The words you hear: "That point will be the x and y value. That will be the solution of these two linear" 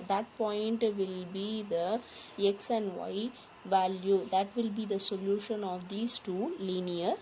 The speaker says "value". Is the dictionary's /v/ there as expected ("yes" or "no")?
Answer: yes